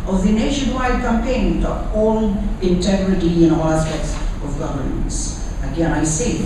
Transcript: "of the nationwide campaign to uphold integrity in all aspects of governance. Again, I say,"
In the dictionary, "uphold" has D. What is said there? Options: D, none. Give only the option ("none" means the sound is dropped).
none